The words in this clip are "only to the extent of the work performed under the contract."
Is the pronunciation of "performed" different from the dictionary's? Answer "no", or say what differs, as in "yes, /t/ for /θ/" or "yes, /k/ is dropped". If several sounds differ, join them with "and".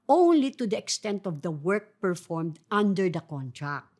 no